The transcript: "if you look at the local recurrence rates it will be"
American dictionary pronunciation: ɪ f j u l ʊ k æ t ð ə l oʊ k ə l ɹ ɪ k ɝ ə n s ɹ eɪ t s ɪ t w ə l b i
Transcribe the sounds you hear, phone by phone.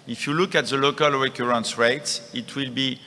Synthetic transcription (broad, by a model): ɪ f j u l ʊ k æ t ð ə l oʊ k ə l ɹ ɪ k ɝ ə n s ɹ eɪ t s ɪ t w ə l b i